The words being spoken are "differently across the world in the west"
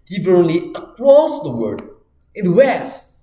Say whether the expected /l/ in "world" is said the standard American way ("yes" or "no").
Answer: no